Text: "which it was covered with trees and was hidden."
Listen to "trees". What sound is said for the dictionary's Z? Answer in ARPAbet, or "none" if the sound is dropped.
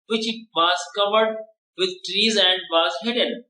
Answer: Z